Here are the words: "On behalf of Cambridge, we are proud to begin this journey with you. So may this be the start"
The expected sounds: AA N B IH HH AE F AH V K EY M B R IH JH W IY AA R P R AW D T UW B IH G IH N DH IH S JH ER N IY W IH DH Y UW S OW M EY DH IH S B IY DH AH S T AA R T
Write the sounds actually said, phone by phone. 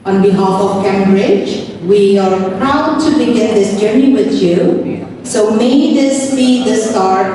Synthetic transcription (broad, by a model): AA N B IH HH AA F AH V K EY M B R IH JH W IY AA R P R AW D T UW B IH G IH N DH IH S JH ER N IY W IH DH Y UW S OW M EY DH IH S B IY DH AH S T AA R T